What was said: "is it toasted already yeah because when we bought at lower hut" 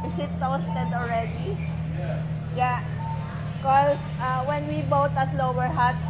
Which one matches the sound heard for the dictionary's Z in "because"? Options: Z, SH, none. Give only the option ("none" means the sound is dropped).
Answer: none